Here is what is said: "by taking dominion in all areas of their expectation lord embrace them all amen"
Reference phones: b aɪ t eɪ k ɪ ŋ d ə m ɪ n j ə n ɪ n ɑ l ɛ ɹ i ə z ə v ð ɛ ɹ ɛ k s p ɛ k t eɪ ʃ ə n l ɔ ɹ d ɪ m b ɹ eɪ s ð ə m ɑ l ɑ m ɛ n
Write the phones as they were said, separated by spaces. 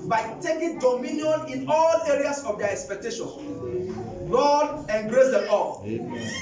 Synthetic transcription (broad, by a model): b aɪ t eɪ k ɪ ŋ d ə m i n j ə n ɪ n ɑ l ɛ ɹ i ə s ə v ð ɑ ɛ k s p ɛ k t eɪ ʃ ə n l ɔ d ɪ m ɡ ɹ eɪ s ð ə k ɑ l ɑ